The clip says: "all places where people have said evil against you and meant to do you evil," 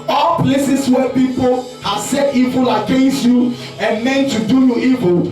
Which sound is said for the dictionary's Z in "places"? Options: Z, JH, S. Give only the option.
S